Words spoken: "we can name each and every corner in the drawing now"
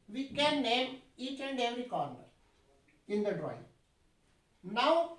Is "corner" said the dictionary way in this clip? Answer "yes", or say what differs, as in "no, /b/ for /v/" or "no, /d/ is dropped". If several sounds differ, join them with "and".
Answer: yes